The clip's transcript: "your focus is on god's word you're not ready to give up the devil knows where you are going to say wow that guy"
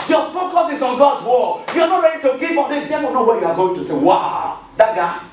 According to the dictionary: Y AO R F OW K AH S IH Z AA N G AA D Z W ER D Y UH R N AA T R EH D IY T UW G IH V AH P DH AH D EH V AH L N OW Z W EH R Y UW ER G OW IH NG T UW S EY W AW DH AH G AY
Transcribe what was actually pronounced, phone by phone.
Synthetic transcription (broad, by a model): Y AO F OW K AH S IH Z AA N G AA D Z W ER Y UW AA N AA T R EH D IY T UW G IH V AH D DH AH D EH AH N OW W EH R Y UW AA G OW IH NG T UW S EY W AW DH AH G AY